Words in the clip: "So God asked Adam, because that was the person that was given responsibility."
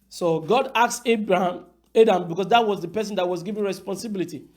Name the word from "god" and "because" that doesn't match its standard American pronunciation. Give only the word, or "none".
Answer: because